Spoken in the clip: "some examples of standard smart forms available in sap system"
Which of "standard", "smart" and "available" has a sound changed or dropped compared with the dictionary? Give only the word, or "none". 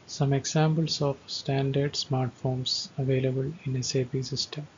none